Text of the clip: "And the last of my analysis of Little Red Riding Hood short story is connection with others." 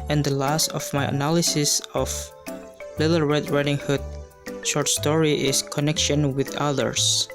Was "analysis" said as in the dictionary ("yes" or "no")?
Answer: yes